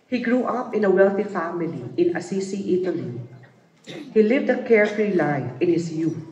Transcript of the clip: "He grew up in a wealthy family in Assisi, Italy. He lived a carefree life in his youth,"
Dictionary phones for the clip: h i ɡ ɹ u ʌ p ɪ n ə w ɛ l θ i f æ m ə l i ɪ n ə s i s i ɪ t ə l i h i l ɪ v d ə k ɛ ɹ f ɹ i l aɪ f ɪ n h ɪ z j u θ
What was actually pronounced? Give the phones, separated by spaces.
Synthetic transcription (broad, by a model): h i ɡ ɹ u ʌ p ɪ n ə w ɛ l θ i f æ m ə l i ɪ n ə s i s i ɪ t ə l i h i l ɪ v d ə k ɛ ɹ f ɹ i l aɪ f ɪ n h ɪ s j u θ